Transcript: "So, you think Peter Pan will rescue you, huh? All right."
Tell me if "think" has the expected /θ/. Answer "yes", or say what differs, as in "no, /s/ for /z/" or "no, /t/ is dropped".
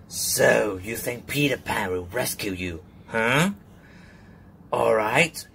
yes